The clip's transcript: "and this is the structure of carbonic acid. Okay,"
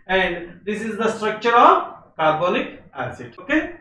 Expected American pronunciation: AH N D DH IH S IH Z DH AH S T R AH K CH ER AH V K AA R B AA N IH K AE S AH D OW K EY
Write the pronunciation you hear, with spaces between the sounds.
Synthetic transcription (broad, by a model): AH N D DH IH S IH Z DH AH S T R AH K CH ER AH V K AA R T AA L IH K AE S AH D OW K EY